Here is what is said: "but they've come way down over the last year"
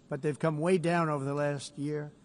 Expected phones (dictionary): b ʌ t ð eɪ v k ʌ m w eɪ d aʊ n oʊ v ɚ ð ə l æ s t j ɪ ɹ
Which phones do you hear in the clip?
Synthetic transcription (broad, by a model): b ʌ t ð eɪ v k ʌ m w eɪ d aʊ n oʊ v ɚ ð ə l æ s t j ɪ ɹ